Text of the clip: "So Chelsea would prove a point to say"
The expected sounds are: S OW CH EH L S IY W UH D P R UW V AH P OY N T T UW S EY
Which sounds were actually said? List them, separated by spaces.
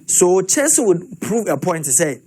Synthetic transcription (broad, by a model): S OW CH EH N S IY W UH D P R UW V AH P OY N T T UW S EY